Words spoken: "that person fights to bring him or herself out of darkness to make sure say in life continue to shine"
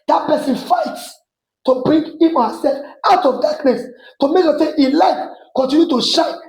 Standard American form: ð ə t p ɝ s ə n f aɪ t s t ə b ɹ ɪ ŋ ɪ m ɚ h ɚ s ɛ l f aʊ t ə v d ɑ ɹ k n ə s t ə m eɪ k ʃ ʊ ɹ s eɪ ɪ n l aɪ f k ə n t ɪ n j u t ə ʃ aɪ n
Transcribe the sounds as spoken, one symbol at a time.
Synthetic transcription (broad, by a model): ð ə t p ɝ s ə n f aɪ t s t ə b ɹ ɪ ŋ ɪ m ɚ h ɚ s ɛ l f aʊ t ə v d ɑ k n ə s t ə m eɪ k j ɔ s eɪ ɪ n l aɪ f k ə n t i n j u t ə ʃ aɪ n